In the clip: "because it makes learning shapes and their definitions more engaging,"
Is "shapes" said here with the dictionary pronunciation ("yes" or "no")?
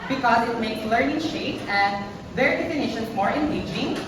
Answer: no